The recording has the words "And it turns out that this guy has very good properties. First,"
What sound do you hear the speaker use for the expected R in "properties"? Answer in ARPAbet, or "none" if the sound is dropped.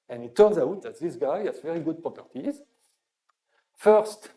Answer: none